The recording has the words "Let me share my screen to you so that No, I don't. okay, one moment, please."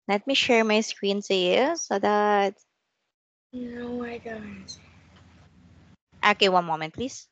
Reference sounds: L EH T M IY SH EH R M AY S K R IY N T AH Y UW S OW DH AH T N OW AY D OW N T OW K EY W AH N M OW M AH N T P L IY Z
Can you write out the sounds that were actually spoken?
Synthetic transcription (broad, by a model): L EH T M IY SH EH R M AY S K R IY N S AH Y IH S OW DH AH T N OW AY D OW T T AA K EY W AH N M OW M AH N T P L IY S